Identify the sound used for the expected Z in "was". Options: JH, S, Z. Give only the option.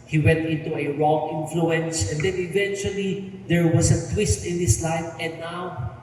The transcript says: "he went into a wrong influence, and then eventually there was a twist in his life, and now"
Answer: S